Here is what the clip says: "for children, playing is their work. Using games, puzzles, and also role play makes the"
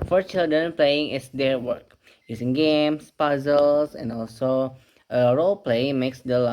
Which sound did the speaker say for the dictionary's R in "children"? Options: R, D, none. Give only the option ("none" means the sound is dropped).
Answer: none